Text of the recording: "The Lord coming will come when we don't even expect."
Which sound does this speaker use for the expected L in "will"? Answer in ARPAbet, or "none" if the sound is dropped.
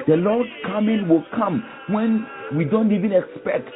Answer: L